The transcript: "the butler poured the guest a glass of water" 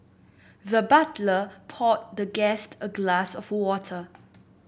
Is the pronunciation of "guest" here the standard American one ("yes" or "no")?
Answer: yes